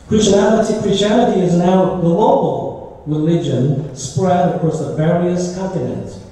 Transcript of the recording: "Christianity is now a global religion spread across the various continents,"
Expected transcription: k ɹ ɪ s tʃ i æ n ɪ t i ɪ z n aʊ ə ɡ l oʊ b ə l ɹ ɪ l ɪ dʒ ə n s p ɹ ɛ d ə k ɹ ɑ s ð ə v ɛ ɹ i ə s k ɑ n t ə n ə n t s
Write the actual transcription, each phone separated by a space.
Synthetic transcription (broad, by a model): k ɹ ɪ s tʃ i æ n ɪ t i ɪ z n aʊ ə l oʊ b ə l ɹ ɪ l ɪ dʒ ə n s p ɹ ɛ d ə k ɹ ɑ s ð ə v ɛ ɹ i ə s k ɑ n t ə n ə n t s